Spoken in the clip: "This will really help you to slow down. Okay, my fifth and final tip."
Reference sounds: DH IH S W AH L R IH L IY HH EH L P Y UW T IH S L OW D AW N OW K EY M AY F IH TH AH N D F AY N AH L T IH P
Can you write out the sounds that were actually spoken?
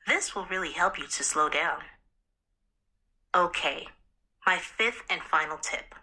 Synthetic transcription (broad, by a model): DH IH S W AH L R IH L IY HH EH L P Y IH T IH S L OW D AW N OW K EY M AY F IH TH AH N F AY N L T IH P